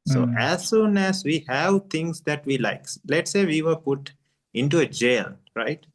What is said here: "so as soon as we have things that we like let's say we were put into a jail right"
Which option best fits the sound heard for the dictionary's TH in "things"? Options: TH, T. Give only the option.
T